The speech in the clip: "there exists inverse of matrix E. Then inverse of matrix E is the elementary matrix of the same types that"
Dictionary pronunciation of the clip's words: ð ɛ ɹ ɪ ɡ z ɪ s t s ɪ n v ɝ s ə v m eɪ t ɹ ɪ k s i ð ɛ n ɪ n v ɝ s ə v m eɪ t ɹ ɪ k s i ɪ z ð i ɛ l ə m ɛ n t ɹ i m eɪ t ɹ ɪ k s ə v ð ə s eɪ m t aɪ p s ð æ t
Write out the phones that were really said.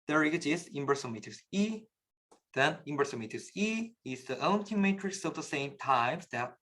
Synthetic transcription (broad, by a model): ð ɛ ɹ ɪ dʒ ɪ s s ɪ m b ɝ s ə m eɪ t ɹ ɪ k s i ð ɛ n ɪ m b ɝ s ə m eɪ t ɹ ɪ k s i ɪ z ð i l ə ʊ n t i m eɪ t ɹ ɪ k s ə v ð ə s eɪ m t aɪ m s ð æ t